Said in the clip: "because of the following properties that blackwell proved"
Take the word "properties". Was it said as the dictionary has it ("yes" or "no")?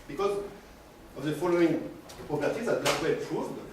no